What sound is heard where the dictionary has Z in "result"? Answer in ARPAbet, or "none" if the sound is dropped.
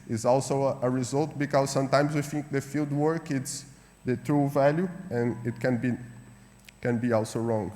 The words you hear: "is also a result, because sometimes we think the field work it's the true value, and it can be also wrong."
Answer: Z